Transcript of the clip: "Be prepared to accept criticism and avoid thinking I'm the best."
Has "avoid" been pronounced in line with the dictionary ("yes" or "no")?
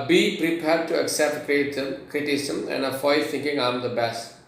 no